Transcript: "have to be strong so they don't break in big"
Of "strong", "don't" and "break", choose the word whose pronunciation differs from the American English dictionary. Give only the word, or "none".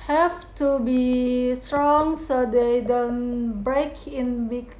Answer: none